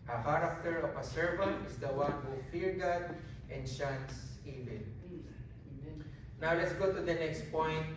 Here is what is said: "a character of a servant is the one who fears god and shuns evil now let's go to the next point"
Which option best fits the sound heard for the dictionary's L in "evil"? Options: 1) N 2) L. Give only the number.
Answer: 1